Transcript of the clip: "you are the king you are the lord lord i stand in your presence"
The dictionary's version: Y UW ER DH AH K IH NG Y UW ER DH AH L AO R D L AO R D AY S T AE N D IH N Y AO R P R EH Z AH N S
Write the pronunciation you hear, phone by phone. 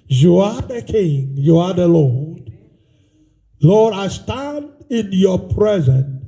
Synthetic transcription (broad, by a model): Y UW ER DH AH K IH NG Y UW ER DH AH L AO R D L AO R D AY S T AE N D IH N Y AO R P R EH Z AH N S